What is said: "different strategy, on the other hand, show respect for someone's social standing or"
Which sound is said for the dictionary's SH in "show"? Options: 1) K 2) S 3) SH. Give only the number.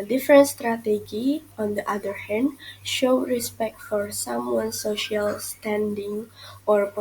3